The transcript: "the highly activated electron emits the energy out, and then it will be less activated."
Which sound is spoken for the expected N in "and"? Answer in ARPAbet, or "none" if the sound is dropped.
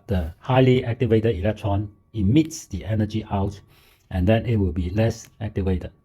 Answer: N